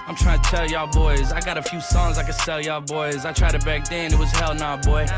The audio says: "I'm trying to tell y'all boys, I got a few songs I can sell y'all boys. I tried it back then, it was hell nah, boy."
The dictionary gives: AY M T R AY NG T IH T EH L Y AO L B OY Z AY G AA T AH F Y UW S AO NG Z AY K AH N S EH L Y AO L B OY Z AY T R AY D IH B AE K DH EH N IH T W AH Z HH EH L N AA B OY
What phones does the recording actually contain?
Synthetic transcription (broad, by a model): AY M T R AY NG T IH T EH L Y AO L B OY Z AY G AA T AH F Y UW S AO NG Z AY K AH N S EH L Y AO B OY Z AY T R AY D IH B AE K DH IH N IH T W AH Z HH EH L N AA B OY